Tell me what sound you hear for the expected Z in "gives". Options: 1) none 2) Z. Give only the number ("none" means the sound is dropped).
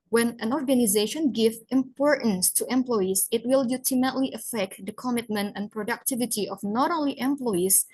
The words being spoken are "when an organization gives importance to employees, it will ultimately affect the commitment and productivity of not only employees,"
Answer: 1